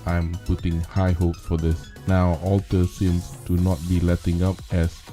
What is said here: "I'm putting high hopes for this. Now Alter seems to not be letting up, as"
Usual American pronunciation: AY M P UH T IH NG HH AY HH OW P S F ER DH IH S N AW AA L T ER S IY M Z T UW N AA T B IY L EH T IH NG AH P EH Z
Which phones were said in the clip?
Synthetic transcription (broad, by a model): AY M P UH T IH NG HH AY HH OW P F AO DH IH S N AW AA L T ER S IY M S T UW N AA T B IY L EH T IH NG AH P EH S